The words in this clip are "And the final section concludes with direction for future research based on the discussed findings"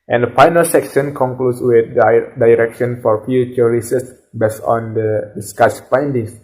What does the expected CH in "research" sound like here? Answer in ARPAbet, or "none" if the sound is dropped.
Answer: S